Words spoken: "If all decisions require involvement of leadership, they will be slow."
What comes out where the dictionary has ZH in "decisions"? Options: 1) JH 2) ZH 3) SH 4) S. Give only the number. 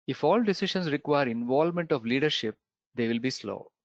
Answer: 3